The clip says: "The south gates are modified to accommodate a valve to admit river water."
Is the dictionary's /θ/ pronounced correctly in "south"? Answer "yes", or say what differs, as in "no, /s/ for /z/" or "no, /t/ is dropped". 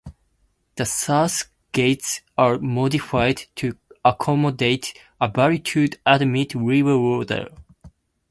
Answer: no, /s/ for /θ/